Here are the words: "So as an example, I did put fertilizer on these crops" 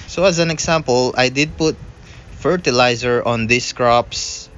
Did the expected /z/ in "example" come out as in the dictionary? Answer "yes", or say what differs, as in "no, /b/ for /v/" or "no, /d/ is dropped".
no, /s/ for /z/